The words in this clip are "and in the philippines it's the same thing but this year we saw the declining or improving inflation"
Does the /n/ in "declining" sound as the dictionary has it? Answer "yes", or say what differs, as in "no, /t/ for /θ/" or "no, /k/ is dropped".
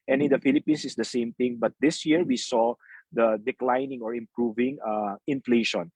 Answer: yes